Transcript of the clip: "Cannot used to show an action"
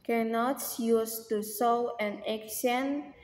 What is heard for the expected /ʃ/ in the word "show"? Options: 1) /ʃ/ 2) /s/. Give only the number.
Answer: 2